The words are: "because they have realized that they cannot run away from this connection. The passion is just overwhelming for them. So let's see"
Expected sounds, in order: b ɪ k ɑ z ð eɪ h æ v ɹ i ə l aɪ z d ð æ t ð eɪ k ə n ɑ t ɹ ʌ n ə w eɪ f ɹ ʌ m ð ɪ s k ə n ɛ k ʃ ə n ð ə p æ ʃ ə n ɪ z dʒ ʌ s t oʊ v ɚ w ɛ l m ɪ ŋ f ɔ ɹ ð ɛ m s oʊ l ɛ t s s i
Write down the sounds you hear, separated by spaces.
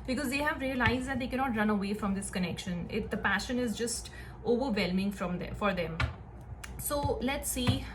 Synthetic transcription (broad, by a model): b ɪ k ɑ z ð eɪ h æ v ɹ i ə l aɪ z d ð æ t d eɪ k ə n ɑ t ɹ ʌ n ə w eɪ f ɹ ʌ m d ɪ s k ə n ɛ k ʃ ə n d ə p æ ʃ ə n ɪ z dʒ ʌ s t oʊ v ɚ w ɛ l m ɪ ŋ f ɔ ɹ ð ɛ m s oʊ l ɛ t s s i